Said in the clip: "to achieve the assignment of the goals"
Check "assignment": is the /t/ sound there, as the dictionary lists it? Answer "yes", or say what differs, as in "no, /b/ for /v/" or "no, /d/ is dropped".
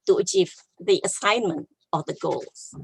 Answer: yes